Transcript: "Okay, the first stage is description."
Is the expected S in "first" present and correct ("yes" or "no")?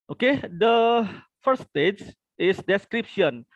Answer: no